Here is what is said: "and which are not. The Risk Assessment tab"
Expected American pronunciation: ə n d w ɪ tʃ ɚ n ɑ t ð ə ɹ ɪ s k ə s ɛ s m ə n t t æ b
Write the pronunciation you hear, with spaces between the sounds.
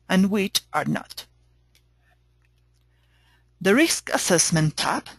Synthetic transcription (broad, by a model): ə n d w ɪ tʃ ɚ n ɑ t ð ə ɹ ɪ s k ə s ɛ s m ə n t t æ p